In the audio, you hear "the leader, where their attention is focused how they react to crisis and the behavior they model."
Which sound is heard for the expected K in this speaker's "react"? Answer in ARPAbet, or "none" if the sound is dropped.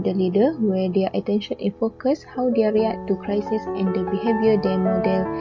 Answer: none